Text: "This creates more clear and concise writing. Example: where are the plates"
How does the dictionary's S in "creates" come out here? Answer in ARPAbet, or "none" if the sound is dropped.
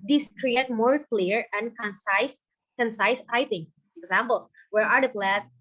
none